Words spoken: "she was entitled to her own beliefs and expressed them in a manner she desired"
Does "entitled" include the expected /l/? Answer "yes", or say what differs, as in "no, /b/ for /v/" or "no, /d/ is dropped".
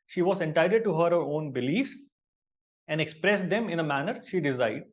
no, /l/ is dropped